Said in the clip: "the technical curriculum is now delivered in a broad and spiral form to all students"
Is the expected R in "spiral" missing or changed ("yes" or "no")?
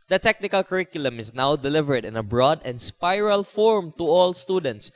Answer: no